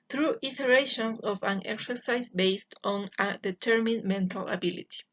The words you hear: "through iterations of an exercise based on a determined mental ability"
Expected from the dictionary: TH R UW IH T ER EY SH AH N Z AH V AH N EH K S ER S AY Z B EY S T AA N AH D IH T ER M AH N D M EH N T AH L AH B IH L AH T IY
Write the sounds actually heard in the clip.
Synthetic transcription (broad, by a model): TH R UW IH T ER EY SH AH N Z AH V AH N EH K S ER S AY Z B EY S T AA N AH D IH T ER M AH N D M EH N T AH L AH B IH L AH T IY